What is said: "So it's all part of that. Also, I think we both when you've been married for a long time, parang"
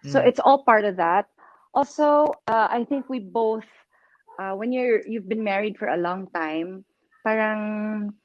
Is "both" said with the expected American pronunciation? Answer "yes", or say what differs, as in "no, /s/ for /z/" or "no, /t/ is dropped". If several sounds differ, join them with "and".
yes